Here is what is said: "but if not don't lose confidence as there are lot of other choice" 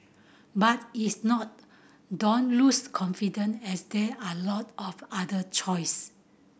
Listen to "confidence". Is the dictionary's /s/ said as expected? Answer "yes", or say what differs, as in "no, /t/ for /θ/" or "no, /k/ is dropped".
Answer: no, /s/ is dropped